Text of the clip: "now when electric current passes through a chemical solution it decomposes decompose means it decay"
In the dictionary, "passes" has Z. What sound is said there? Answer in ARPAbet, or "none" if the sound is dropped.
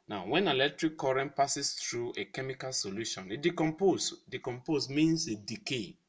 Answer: S